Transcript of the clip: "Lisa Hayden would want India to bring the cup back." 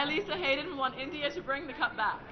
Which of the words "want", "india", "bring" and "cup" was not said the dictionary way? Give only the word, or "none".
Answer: want